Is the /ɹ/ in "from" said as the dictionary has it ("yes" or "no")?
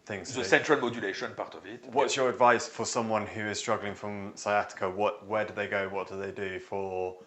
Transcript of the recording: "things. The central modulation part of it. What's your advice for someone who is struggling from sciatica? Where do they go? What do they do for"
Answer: yes